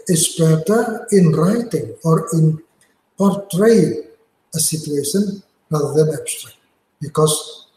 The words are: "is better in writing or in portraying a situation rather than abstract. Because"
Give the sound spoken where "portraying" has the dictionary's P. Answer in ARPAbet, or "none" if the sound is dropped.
P